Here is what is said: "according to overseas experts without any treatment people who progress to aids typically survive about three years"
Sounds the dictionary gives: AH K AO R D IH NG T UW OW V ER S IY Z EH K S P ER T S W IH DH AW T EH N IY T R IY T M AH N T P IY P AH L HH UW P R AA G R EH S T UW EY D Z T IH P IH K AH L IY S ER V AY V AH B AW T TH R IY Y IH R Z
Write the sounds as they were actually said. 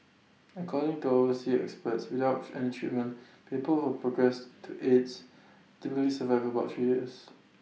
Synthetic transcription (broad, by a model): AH K AO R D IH NG T UW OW ER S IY EH K S P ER T S W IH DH AW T EH N IY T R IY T M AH N P IY P AH L HH UW P R AA G R EH S T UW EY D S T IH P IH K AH L IY S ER V AY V AH B AW T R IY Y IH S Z